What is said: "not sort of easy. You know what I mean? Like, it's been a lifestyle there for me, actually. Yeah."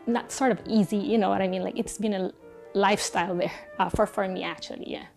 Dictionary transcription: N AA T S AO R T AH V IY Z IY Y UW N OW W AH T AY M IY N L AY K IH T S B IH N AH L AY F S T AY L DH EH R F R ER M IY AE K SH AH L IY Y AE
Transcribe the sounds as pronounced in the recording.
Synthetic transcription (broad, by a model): N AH T S AO R T AH V IY Z IY Y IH N OW W AH T AY M IY N L AY K IH T S B IH N AH L AY F S T AY L DH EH R F R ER M IY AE K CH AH L IY Y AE